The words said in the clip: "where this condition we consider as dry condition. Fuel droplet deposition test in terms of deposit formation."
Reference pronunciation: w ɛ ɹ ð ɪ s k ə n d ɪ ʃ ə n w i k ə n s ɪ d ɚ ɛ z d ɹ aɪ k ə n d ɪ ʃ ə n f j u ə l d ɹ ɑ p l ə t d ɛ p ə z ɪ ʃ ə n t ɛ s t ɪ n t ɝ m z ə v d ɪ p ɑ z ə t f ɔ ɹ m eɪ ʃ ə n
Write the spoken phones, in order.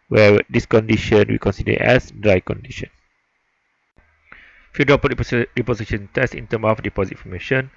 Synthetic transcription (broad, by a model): w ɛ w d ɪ s k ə n d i ʃ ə n w i k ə n s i d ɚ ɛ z d ɹ aɪ k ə n d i ʃ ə n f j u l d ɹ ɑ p ə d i p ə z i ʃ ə n t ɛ s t ɪ n t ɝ m ə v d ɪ p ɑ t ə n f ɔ m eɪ ʃ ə n